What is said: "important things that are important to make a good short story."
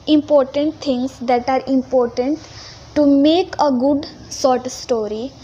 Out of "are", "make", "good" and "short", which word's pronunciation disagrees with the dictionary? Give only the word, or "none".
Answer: short